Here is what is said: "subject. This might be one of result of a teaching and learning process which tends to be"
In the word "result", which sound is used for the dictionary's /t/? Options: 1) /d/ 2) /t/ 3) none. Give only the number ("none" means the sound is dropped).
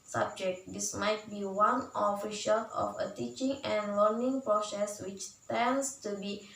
3